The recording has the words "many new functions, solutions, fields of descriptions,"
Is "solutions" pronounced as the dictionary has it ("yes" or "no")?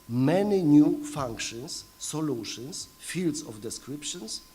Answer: no